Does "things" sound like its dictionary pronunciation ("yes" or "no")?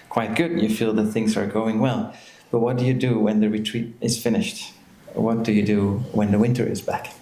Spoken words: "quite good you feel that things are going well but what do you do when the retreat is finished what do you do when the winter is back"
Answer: yes